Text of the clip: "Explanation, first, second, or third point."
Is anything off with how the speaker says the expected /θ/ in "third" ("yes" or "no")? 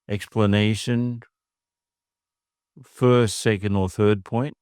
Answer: no